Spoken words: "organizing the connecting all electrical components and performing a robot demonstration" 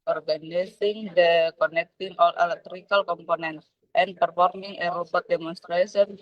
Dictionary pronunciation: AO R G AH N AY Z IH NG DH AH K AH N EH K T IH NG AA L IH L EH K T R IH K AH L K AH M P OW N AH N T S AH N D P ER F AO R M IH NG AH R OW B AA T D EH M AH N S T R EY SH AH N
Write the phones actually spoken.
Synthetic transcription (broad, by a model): AO R G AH N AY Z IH NG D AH K AH N EH K T IH NG AA L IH L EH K T R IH K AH L K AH M P OW N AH N T AH N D P ER F AO R M IH NG AH R OW B AA T D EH M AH N S T R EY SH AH N